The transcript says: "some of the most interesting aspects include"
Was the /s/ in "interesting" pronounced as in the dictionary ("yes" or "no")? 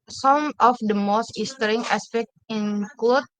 no